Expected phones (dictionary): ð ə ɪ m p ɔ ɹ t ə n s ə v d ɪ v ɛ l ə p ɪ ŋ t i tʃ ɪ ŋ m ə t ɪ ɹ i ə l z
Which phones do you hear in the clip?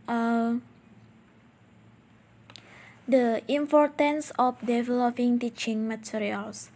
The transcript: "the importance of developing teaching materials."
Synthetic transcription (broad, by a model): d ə ɪ m p ɔ ɹ t ə n s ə f d ɪ v ɛ l ə p ɪ ŋ t i tʃ ɪ ŋ m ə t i ɹ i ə l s